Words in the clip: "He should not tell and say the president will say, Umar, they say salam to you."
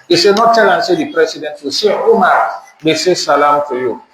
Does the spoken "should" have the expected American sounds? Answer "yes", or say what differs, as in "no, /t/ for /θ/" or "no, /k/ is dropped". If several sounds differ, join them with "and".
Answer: no, /s/ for /ʃ/